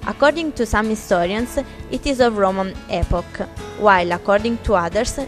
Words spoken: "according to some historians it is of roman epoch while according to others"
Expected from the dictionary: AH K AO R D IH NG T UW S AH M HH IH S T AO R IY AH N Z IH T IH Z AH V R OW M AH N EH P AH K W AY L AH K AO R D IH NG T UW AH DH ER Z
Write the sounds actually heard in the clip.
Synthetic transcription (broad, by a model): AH K AO R D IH NG T UW S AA M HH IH S T AO R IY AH N S IH T IH Z AH V R OW M AH N EH P AH K W AY L AH K AO R D IH NG T UW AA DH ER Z